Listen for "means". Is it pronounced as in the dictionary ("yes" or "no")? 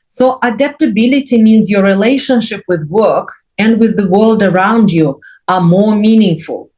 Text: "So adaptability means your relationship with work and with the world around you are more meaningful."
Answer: yes